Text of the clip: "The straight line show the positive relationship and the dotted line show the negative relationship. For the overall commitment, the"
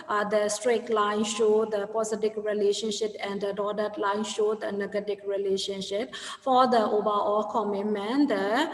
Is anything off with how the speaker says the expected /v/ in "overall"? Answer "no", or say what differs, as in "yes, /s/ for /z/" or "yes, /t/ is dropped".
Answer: yes, /b/ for /v/